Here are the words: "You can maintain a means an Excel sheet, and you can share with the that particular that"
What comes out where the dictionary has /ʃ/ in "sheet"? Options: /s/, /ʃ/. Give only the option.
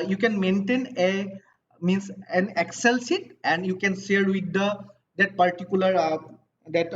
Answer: /s/